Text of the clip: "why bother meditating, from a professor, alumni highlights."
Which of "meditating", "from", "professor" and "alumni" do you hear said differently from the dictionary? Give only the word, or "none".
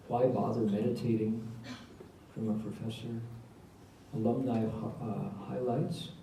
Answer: none